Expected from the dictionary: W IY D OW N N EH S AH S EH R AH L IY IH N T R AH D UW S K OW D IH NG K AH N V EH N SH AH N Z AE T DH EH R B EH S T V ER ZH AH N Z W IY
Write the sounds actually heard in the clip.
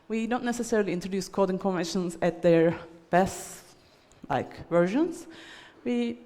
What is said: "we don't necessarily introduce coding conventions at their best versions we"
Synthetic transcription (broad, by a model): W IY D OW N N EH S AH S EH R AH L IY IH N T R AH D UW S K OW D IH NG K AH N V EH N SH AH N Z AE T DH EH R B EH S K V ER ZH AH N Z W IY